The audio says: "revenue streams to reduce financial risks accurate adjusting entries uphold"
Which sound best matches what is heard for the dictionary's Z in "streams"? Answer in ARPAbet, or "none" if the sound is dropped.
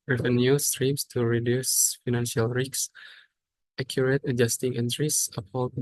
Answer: S